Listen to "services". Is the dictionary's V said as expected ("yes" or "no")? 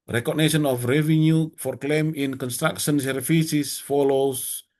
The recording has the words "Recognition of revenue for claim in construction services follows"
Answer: no